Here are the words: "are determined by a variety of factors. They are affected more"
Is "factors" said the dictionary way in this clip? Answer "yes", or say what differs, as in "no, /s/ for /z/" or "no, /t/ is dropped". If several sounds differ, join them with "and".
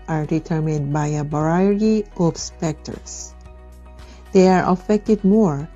no, /p/ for /f/